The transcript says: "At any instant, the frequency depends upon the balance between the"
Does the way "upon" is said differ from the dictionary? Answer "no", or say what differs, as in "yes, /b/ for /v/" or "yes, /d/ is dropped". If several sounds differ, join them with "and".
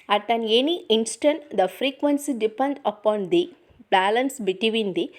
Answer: no